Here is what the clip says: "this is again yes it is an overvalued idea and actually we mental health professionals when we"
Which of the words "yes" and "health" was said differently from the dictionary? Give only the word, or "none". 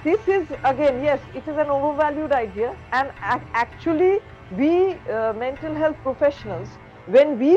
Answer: health